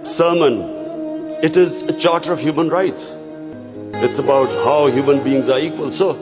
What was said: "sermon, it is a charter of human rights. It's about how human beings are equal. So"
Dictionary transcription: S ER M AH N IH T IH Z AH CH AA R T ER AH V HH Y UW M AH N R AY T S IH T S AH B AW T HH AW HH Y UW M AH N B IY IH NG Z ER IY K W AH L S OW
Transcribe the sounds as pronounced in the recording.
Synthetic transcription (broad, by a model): S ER M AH N IH T IH Z AH CH AA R T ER AH V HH Y UW M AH N R AY T S IH T S AH B AW T HH AW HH Y UW M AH N B IY IH NG Z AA IY K W AH L S OW